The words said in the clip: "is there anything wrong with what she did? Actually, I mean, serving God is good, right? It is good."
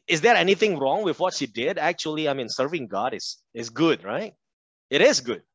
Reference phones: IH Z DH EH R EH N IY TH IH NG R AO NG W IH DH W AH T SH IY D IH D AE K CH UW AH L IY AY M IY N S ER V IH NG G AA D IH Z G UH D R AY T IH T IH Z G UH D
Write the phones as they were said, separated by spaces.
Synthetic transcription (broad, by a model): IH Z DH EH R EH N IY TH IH NG R AO NG W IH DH W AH T SH IY D IH D AE K CH UW AH L IY AY M IY N S ER V IH NG G AA D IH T G UH D R AY T IH T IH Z G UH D